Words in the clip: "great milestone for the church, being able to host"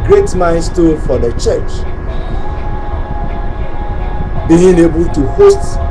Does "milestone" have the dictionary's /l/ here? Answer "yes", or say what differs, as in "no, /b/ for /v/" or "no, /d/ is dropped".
no, /n/ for /l/